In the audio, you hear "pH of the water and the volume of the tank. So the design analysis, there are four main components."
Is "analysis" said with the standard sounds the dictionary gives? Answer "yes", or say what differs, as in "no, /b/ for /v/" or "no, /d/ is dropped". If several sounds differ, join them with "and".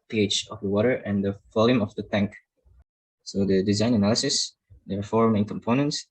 yes